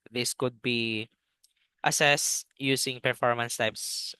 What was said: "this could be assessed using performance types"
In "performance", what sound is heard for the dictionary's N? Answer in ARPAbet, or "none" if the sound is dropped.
N